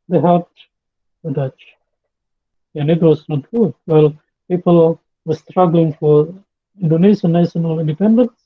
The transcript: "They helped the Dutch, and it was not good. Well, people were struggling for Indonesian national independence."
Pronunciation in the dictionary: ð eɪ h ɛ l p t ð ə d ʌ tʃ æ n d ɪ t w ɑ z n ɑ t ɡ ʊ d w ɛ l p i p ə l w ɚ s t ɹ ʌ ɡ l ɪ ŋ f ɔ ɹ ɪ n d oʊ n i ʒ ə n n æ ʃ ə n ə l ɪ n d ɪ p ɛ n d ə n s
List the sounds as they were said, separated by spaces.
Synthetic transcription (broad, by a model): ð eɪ h ɛ l p t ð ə d ʌ tʃ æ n ɪ t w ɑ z n ɑ t ɡ ʊ d w ɛ l p i p ə l w ɚ s t ɹ ʌ ɡ l ɪ ŋ f ɔ ɹ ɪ n d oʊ n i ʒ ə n n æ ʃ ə n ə l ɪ n d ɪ p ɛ n d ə n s